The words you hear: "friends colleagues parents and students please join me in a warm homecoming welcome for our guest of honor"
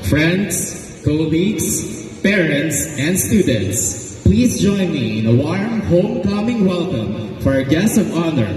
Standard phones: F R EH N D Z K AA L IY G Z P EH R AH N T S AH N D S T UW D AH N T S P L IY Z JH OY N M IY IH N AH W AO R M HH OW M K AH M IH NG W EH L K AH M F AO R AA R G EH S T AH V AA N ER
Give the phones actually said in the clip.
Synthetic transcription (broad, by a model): F R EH N D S K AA L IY G S P EH R AH N T S AH N D S T UW D AH N T S P L IY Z JH OY N M IY IH N AH W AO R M HH OW M K AH M IH NG W EH L K AH M F AO R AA G EH S T AH V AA N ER